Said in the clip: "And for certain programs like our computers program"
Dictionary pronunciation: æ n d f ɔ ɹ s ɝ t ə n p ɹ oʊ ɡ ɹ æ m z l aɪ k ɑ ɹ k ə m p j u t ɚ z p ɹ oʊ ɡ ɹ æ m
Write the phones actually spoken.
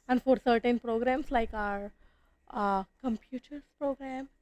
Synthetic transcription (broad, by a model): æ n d f ɔ ɹ s ɝ t ə n p ɹ oʊ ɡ ɹ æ m s l aɪ k ɑ ɹ k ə m p j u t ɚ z p ɹ oʊ ɡ ɹ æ m